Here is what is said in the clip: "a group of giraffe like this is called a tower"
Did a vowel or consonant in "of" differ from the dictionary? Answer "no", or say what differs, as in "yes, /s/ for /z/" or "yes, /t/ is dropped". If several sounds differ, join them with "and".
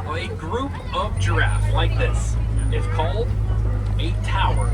no